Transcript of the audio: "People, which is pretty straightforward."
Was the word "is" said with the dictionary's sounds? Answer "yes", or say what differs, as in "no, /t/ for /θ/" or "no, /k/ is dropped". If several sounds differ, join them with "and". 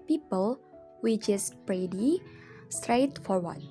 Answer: no, /s/ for /z/